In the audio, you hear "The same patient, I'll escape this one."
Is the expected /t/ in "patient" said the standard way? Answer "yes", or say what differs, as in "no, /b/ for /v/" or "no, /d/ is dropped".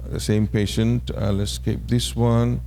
yes